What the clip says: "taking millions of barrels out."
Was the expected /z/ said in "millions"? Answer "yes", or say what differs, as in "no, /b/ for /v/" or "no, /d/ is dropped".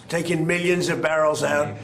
yes